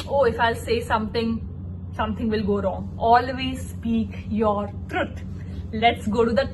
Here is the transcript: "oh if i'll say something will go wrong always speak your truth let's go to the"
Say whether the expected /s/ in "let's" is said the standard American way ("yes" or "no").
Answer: yes